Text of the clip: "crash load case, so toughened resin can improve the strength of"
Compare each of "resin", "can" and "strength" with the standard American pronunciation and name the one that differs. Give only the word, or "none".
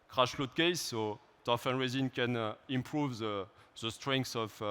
strength